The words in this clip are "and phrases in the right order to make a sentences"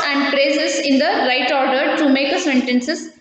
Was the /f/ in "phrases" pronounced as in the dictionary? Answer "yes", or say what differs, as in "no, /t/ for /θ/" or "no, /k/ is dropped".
no, /p/ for /f/